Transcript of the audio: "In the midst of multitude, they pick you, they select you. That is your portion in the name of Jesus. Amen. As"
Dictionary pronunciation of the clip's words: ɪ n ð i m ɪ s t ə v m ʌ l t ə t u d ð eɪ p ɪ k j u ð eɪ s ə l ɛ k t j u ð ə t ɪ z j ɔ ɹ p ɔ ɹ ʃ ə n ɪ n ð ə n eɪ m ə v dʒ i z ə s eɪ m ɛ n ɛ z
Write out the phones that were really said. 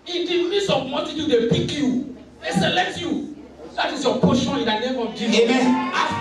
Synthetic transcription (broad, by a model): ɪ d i m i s ə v m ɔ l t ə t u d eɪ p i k j u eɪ s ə l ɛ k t j u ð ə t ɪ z j ɔ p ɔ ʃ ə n ɪ n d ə n eɪ m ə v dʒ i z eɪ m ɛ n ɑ